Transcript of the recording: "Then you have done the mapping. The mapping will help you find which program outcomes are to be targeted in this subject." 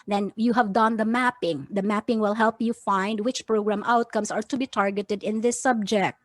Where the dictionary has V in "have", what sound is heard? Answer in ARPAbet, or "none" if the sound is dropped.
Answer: V